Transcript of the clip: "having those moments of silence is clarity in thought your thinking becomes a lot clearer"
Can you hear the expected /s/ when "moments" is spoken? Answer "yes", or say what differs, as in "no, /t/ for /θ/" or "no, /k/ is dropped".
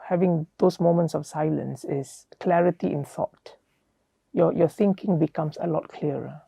yes